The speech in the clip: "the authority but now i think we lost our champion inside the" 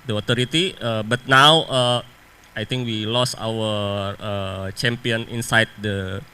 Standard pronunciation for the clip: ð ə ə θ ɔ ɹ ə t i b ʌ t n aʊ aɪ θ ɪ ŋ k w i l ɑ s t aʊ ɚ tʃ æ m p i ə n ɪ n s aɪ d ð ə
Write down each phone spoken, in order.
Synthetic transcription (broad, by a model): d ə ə t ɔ ɹ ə t i b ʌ t n aʊ aɪ t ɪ ŋ k w i l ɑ s aʊ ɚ tʃ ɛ m p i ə n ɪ n s aɪ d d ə